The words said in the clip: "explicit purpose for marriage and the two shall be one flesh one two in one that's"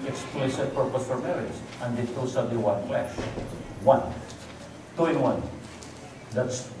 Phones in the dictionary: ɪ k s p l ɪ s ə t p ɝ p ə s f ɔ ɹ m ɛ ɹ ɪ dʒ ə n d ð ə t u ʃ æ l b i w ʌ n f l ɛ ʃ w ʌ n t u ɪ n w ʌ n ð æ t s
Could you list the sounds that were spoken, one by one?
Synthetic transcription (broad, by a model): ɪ k s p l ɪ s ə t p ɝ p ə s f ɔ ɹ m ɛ ɹ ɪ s ə n d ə t u s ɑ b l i w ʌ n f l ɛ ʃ w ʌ n t u ɪ n w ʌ n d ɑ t s